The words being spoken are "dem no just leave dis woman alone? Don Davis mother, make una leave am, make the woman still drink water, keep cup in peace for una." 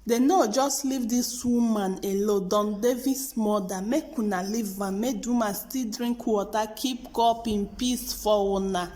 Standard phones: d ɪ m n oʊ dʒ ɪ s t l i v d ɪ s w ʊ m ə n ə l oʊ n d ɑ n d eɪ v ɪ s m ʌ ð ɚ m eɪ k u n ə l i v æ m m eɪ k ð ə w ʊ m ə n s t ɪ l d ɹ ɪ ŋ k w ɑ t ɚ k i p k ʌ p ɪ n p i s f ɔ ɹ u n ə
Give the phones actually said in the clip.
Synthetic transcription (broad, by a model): d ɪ n oʊ dʒ ɪ s t l i v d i s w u m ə n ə l oʊ d ɑ n d eɪ v ɪ s m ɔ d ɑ m eɪ k u n ə l i v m m eɪ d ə m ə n s t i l d ɹ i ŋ k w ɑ t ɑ k i p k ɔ p ɪ n p i s f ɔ w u n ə